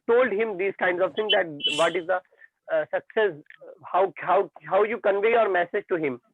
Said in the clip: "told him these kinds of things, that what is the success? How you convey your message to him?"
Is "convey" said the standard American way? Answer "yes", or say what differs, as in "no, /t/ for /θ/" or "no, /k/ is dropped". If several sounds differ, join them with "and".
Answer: yes